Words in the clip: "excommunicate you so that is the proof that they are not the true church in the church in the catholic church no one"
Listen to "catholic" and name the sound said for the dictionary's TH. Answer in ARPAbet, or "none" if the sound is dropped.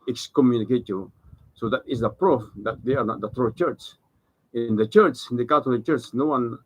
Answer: T